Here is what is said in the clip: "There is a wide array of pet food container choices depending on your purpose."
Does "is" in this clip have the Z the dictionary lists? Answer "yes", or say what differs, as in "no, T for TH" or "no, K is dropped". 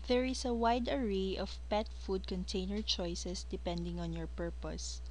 no, S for Z